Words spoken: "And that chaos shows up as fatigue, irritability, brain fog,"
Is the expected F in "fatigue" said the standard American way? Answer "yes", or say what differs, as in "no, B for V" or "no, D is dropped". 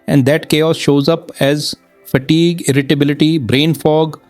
yes